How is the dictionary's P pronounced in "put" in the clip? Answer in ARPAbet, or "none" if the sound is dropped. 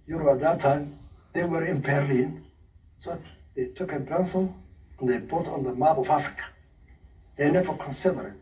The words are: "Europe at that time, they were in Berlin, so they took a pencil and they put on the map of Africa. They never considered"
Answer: B